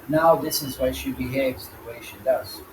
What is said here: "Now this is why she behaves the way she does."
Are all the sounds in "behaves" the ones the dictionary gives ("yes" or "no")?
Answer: yes